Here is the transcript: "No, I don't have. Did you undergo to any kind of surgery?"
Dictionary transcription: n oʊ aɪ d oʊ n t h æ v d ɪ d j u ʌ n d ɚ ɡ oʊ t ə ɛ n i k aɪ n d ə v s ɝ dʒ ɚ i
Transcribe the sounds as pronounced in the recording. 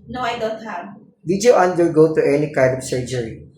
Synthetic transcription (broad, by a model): n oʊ aɪ d oʊ n t h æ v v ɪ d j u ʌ n d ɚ ɡ oʊ t ə ɛ n i k aɪ d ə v s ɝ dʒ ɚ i